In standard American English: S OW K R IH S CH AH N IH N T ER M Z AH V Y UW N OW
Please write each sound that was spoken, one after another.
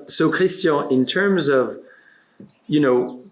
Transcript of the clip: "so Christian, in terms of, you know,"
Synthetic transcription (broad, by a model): S OW K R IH S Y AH IH N T ER M Z AH V Y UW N OW